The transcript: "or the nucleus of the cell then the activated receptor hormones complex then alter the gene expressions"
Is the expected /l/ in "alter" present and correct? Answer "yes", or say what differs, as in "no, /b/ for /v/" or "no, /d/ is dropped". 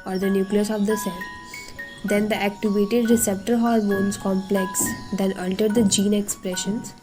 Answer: no, /n/ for /l/